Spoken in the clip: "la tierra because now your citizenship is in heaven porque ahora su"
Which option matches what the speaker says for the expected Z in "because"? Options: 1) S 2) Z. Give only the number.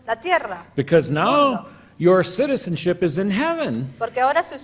2